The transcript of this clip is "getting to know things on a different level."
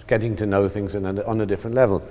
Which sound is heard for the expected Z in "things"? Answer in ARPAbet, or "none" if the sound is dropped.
Z